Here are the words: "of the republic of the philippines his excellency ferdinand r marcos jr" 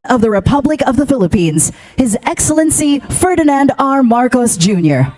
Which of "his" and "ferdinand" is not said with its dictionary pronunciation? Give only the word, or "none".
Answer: none